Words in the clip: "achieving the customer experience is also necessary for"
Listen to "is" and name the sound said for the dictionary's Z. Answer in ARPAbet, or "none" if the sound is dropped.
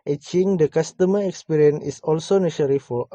S